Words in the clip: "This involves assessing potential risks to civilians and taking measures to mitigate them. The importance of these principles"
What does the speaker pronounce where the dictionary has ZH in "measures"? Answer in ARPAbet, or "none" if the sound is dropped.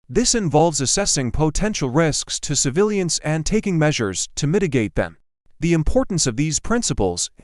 ZH